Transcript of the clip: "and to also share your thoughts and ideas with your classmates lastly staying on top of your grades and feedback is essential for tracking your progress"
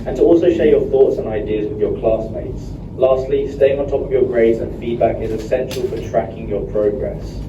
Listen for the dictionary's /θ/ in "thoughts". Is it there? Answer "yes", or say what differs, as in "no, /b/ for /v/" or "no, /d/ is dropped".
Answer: yes